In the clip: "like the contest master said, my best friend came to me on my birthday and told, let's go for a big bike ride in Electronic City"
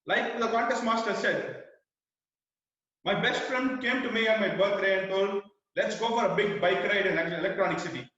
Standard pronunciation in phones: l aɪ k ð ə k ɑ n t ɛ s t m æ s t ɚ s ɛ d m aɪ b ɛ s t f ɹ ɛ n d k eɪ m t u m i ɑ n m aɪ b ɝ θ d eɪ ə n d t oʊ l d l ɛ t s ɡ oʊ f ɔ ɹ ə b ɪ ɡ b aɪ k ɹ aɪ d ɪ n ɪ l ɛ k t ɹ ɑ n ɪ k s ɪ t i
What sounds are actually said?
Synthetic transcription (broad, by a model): l aɪ k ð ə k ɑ n t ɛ s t m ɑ s t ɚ s ɛ d m aɪ b ɛ s t f ɹ ɛ n d k eɪ m t u m i ɑ n m aɪ b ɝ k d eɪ ə n d t oʊ l d l ɛ t s ɡ oʊ f ɔ ɹ ə b ɪ ɡ b aɪ k ɹ aɪ d ɪ n ɪ l ɛ k t ɹ ɑ n ɪ k s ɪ t i